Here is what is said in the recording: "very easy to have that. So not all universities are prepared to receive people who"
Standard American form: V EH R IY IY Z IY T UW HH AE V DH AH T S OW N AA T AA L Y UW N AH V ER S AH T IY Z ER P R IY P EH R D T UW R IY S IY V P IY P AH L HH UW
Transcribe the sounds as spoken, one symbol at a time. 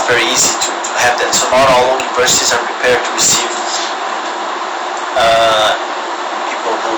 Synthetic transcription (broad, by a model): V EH R IY IY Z IY T UW HH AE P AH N S OW N AA T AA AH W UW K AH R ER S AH S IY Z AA P R IY P EH R D T UW R IY S IY V P IY P AH L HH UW